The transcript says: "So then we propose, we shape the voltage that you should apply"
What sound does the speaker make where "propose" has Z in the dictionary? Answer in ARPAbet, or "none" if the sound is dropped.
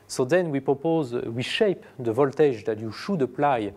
Z